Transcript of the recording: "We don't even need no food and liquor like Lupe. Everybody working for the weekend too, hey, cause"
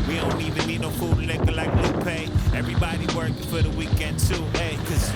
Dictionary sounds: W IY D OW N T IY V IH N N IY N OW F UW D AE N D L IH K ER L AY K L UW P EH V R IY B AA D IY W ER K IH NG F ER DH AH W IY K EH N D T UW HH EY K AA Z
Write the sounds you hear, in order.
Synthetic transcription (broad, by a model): W IY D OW N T IY V IH N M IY N OW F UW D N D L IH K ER L AY K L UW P EH V R IY B AA D IY W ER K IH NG F ER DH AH W IY K EH N D S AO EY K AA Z